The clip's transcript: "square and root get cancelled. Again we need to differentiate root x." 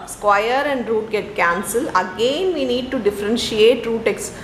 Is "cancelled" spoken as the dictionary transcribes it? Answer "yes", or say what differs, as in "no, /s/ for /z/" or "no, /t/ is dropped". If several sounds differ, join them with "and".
no, /d/ is dropped